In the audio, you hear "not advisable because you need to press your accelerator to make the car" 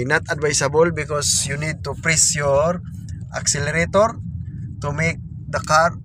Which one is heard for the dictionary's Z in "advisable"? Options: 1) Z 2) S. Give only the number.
2